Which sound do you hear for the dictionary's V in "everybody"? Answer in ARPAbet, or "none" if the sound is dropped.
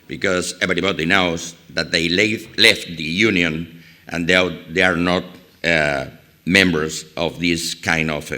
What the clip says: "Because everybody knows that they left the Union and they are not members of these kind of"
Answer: B